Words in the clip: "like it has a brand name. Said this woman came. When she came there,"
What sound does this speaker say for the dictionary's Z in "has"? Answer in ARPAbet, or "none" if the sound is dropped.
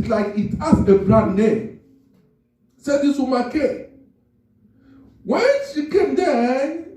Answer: S